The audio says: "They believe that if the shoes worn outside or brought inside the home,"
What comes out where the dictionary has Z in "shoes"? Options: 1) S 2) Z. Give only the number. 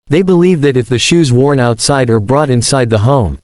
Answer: 2